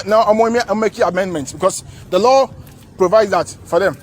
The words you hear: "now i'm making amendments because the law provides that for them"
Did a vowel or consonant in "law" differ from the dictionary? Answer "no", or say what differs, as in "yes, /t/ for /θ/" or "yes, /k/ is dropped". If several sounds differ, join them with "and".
no